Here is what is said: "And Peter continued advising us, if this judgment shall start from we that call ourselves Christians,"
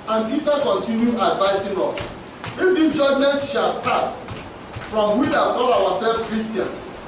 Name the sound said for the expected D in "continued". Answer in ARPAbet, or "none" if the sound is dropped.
none